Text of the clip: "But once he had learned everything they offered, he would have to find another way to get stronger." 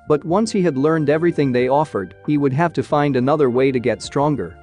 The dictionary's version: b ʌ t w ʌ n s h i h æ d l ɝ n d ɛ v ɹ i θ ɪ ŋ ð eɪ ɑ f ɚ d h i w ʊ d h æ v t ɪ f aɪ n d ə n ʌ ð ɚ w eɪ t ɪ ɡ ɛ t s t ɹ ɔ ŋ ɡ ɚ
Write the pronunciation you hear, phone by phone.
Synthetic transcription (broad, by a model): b ʌ t w ʌ n s h i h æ d l ɝ n d ɛ v ɹ i θ ɪ ŋ ð eɪ ɑ f ɚ d h i w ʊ d h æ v t ɪ f aɪ n d ə n ʌ ð ɚ w eɪ t ɪ ɡ ɛ t s t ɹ ɔ ŋ ɡ ɚ